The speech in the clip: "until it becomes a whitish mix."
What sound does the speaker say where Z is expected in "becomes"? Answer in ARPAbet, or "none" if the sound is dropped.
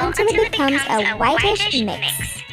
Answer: Z